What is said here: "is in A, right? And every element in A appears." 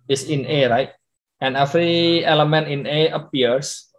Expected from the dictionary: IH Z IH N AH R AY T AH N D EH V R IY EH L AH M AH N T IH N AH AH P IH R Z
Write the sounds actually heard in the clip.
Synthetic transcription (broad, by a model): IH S IH N AH R AY T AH N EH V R IY EH L AH M AH N T IH N AH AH P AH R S